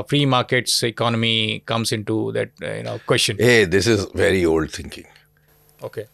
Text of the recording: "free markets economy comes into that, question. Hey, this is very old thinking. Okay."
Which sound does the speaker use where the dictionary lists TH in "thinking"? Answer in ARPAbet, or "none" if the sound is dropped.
T